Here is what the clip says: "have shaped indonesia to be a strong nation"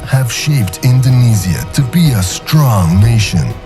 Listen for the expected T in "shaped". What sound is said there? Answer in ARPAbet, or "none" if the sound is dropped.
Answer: T